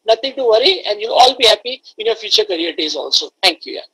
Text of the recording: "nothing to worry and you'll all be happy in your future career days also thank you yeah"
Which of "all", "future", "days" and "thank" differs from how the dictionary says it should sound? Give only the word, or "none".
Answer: thank